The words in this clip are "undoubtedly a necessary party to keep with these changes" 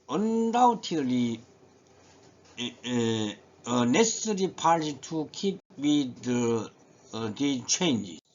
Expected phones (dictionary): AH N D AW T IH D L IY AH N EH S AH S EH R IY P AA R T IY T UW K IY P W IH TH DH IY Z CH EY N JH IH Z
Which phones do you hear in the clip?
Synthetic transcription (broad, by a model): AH N D AW T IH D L IY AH N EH S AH S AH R IY P AA R T IY T UW K IY P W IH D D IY CH EY N JH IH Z